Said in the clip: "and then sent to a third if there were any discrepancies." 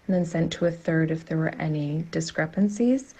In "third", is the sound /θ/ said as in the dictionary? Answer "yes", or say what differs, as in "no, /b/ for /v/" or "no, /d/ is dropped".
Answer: yes